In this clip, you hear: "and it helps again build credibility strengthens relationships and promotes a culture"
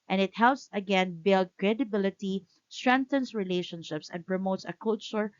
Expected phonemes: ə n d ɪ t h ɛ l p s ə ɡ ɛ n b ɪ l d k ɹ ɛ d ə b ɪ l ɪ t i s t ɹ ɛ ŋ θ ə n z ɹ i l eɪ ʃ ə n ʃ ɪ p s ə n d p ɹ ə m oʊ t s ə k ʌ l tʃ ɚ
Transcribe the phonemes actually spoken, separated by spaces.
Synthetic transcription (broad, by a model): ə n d ɪ t h ɛ l p s ə ɡ ɛ n b ɪ l d k ɹ ɛ d ə b ɪ l ɪ t i s t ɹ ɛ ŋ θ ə n s ɹ i l eɪ ʃ ə n ʃ ɪ p s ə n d p ɹ ə m oʊ t s ə k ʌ l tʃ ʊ